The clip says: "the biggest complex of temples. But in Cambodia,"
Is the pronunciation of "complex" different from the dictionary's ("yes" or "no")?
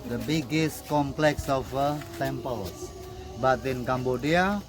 no